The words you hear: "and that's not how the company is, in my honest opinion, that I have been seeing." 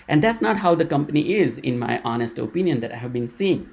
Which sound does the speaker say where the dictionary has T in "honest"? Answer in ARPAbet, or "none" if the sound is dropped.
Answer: T